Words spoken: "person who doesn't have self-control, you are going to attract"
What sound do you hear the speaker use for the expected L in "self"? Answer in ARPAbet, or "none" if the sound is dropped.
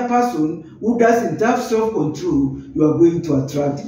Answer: none